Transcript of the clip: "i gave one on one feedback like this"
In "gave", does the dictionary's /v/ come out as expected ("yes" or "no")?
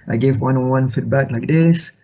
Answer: yes